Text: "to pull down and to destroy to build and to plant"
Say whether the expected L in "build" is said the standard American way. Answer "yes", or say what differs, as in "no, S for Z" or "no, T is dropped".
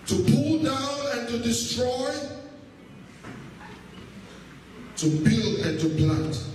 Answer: yes